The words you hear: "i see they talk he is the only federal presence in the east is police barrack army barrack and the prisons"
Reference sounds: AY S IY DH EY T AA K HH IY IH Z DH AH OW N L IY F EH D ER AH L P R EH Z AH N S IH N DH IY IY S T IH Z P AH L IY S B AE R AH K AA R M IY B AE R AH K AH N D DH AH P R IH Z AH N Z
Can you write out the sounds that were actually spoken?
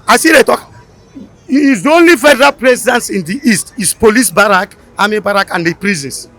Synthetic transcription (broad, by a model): AY S IY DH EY T AA K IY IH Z OW N L IY F EH D ER AH L P R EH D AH N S IH N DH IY IY S T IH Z P AH L IY S B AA R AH K AA M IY B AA R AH K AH N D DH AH P R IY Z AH N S